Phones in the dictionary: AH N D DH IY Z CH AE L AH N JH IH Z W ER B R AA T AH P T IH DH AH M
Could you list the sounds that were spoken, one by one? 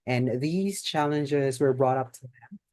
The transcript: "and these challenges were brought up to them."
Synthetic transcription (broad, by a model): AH N DH IY Z CH AE L AH N JH IH Z W ER B R AA T AH P T IH DH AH M